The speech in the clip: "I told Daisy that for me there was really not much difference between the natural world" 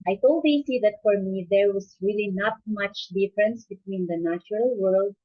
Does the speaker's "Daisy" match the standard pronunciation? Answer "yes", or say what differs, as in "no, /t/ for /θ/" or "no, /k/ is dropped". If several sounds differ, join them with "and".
no, /s/ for /z/